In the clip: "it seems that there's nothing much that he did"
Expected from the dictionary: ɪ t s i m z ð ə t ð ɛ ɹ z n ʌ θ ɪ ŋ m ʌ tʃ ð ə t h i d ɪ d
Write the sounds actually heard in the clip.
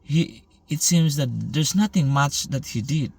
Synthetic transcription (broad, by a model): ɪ t s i m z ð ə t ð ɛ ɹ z n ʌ t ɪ ŋ m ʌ tʃ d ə t h i d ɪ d